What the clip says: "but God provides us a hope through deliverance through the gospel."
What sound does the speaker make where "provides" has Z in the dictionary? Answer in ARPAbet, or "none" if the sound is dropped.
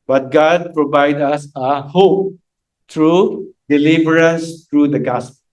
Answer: none